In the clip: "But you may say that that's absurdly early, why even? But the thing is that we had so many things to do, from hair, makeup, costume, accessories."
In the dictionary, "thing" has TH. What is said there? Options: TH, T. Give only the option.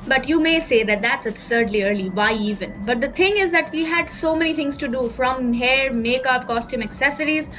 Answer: T